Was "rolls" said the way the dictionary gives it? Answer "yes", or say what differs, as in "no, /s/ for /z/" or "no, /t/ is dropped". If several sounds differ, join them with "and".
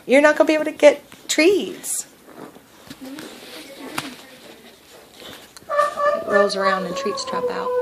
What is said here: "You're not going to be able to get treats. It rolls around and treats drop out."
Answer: no, /l/ is dropped